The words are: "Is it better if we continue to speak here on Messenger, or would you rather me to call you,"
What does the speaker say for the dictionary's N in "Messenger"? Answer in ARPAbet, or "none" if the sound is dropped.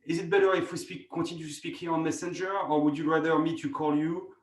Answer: N